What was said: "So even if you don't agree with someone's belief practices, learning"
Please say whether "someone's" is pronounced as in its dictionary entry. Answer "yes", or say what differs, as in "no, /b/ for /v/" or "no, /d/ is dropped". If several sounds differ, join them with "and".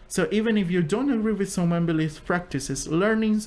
no, /z/ is dropped